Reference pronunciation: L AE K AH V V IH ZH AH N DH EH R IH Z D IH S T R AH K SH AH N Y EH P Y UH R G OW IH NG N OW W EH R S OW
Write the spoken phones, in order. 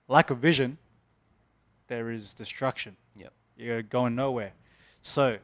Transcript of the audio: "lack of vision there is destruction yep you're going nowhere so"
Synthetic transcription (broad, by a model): L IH K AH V V IH ZH AH N DH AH R IH Z D IH S T R AH K SH AH N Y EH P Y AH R G OW IH NG N OW W EH R S OW